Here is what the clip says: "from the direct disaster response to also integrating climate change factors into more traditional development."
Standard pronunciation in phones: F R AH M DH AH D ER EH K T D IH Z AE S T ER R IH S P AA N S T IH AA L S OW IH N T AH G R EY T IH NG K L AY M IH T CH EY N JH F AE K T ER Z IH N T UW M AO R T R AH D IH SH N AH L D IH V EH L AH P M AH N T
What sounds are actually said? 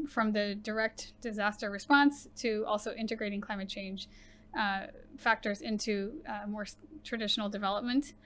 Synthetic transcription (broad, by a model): F R AH M DH AH D ER EH K T D IH Z AE S T ER R IH S P AA N S T IH AA L S OW IH N T AH G R EY T IH NG K L AY M IH T CH EY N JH F AE K T ER Z IH N T UW M AO R T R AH D IH SH N L D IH V EH L AH P M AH N T